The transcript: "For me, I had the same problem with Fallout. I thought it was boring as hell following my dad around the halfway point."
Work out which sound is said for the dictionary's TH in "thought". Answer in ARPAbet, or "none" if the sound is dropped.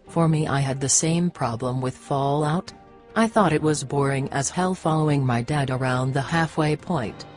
TH